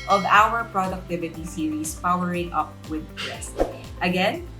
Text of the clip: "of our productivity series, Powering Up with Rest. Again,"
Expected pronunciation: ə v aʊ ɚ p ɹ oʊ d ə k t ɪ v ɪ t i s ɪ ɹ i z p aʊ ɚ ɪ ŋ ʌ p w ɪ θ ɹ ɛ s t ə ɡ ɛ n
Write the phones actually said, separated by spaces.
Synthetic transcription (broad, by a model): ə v aʊ ɚ p ɹ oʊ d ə k t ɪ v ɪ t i s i ɹ i s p aʊ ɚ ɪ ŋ ʌ p w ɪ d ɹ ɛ s t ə ɡ ɛ n